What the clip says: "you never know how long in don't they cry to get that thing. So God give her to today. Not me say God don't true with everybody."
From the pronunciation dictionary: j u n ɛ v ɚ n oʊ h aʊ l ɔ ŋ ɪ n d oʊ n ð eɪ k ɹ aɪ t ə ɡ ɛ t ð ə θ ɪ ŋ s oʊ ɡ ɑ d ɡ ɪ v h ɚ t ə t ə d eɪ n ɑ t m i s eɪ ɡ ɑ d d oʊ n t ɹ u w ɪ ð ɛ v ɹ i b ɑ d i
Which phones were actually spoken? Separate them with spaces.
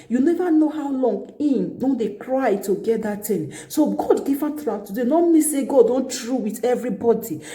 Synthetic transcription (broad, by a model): j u n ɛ v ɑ n oʊ h aʊ l ɔ ŋ ɪ n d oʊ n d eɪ k ɹ aɪ t ə ɡ ɛ t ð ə t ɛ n s oʊ ɡ ɑ d ɡ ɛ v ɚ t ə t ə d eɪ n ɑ m i s eɪ ɡ ɑ d d oʊ n t ɹ u w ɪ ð ɛ v ɹ i b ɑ d i